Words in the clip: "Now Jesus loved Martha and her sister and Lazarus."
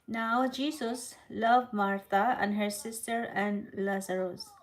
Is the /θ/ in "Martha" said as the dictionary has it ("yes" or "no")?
no